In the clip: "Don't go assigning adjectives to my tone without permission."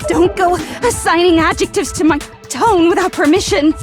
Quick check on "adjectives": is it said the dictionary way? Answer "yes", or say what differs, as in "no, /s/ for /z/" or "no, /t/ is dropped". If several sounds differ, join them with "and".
yes